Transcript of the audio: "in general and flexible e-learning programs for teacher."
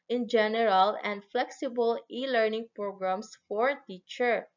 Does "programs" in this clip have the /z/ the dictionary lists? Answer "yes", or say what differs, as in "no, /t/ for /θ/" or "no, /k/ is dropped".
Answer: no, /s/ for /z/